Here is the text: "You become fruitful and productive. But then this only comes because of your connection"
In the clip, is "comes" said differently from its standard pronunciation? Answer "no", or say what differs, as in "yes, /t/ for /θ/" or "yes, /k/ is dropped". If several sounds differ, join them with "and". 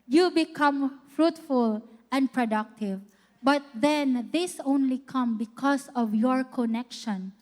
yes, /z/ is dropped